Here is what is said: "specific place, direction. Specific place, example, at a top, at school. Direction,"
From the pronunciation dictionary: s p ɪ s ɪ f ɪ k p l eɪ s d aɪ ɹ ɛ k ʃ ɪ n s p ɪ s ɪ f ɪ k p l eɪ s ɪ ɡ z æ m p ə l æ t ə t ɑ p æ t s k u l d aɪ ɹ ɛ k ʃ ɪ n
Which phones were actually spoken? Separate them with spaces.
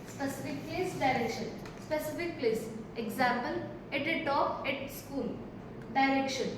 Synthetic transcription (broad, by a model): s p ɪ s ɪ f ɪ k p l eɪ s d aɪ ɹ ɛ k ʃ ɪ n s p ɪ s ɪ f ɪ k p l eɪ s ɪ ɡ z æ m p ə l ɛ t ə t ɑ ɛ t s k u l d aɪ ɹ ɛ k ʃ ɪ n